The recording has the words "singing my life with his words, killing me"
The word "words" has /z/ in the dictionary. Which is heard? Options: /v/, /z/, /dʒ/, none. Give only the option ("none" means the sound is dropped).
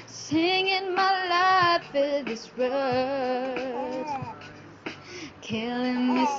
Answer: none